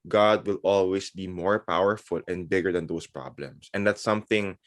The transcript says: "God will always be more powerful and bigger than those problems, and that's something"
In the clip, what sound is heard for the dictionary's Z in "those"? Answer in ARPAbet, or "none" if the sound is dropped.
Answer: S